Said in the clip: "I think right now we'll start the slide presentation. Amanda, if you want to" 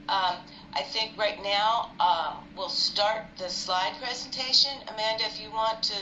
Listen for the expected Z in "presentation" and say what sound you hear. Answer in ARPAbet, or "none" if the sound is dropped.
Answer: Z